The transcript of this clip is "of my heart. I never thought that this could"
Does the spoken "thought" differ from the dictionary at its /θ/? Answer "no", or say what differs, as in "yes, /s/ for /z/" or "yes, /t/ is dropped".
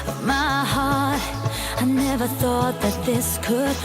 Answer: no